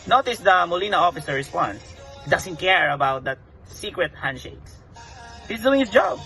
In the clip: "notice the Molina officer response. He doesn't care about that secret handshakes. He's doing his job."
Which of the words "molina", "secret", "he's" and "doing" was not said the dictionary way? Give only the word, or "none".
he's